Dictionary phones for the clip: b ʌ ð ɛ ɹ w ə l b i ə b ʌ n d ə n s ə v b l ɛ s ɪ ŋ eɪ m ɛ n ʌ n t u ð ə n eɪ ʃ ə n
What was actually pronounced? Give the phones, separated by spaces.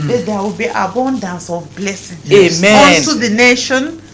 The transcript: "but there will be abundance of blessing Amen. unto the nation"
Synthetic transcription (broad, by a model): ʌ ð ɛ w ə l b i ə b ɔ n d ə n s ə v b l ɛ s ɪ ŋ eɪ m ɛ ɔ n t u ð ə n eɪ ʃ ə n